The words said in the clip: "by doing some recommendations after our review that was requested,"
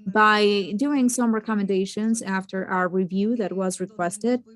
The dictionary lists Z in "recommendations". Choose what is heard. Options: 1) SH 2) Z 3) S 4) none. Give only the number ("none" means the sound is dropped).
2